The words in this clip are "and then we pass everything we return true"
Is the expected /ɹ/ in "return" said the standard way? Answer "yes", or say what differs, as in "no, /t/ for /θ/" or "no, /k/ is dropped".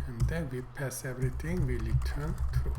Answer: no, /l/ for /ɹ/